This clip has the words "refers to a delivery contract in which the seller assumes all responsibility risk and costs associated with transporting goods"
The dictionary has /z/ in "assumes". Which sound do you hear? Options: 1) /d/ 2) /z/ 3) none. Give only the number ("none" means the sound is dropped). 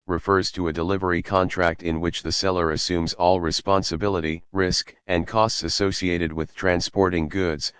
2